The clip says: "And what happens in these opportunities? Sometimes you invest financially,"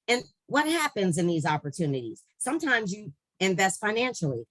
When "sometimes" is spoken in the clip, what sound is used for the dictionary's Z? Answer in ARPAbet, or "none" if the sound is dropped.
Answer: Z